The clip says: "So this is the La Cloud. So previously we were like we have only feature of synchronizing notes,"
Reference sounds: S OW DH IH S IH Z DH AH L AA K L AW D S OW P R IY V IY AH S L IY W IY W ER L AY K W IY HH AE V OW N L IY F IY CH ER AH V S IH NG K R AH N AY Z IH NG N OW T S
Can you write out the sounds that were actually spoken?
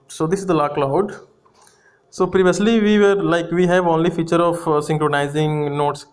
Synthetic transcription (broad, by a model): S OW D IH S IH Z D AH L AA K L AW D S OW P R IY V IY AH S L IY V IY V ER L AY K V IY HH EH V OW N L IY F IY CH ER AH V S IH NG K R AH N AY Z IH NG N OW T S